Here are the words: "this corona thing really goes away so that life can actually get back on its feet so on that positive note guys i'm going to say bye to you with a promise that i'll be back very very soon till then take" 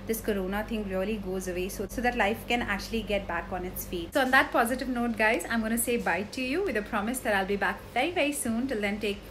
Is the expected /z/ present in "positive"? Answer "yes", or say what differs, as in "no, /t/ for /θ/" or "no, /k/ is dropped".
yes